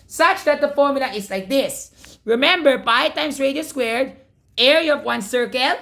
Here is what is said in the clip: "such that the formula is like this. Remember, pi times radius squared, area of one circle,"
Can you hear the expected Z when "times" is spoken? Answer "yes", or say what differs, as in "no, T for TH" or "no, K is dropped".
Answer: no, S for Z